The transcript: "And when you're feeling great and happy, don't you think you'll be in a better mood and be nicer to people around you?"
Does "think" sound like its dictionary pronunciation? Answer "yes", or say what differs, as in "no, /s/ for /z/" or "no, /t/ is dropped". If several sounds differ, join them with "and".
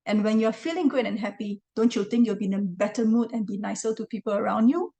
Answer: no, /t/ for /θ/